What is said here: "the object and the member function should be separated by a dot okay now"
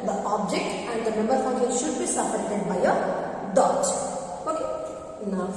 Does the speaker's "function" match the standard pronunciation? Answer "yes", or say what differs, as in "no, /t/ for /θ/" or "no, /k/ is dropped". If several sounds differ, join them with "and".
no, /ʃ/ is dropped